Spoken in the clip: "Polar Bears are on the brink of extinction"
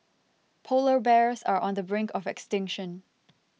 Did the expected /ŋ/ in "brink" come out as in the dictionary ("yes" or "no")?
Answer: yes